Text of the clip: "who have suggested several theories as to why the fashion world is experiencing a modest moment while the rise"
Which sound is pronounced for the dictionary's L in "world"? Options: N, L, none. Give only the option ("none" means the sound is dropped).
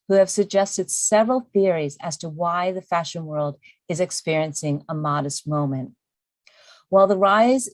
L